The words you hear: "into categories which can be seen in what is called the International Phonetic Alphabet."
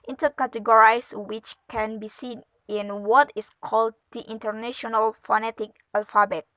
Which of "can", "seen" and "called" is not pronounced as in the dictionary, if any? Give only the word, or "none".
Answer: none